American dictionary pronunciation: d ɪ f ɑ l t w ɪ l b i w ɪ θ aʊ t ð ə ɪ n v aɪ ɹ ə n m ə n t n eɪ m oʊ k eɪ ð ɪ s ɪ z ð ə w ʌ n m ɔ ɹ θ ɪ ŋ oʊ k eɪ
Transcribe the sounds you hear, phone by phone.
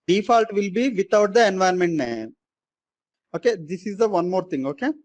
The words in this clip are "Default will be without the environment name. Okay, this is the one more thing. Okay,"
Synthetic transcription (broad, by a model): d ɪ f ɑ l t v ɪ l b i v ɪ t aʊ t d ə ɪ n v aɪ ə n m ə n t n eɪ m oʊ k eɪ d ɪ s ɪ z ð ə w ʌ n m ɔ ɹ t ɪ ŋ oʊ k eɪ